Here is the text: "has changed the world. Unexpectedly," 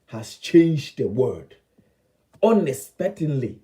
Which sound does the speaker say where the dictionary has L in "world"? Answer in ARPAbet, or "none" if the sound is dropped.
none